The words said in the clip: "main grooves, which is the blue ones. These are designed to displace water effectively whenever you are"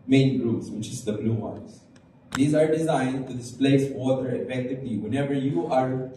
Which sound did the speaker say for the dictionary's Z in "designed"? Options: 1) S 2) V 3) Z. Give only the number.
3